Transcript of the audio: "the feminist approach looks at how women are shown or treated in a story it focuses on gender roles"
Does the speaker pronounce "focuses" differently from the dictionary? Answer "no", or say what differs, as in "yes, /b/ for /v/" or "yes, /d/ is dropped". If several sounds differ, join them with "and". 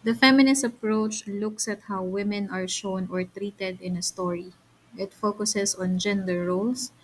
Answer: yes, /s/ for /z/